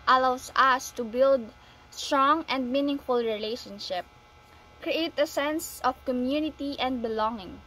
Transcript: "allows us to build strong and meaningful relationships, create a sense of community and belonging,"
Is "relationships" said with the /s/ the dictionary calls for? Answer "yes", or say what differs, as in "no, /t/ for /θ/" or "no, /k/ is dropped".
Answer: no, /s/ is dropped